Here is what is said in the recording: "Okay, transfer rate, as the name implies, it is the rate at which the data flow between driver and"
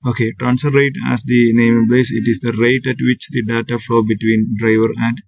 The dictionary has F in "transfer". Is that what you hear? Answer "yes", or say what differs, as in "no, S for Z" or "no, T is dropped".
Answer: no, F is dropped